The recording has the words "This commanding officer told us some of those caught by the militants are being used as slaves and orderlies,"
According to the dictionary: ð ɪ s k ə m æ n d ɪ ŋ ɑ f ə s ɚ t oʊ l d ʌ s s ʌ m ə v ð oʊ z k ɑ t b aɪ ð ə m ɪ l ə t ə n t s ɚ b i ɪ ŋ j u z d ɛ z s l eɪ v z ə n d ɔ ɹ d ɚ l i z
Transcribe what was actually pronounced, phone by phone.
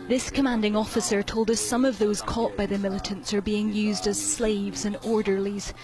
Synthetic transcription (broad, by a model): ð ɪ s k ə m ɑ n d ɪ ŋ ɑ f ə s ɚ t oʊ l d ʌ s s ʌ m ə v ð oʊ z k ɑ t b aɪ ð ə m ɪ l ə t ə n t s ɚ b i ɪ ŋ j u z d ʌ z s l eɪ v z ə n ɔ ɹ d ɚ l i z